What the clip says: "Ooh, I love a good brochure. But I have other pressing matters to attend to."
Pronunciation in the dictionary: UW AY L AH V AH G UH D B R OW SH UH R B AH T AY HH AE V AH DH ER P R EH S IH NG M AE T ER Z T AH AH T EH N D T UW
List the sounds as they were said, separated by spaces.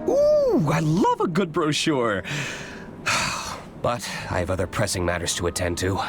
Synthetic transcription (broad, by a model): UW AY L AH V AH G UH D B R OW SH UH R B AH T AY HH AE V AH DH ER P R EH S IH NG M AE T ER Z T AH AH T EH N T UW